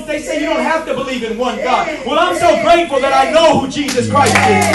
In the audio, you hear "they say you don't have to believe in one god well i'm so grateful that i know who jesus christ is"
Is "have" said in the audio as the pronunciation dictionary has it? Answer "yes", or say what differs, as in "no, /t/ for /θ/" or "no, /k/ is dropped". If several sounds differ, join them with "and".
no, /f/ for /v/